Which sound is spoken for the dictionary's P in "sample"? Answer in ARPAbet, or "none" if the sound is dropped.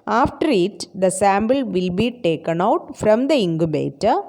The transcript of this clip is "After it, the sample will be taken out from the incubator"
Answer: B